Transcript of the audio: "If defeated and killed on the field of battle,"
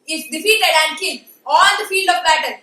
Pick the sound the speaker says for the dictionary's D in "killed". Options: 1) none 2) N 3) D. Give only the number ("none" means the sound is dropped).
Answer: 1